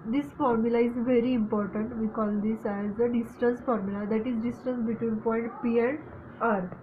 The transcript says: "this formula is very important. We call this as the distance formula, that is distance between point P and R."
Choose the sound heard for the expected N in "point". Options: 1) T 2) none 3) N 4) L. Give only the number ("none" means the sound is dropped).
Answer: 3